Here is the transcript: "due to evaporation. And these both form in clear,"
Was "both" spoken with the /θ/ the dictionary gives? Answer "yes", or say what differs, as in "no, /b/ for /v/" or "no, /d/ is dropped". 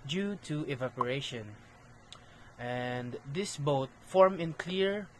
no, /t/ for /θ/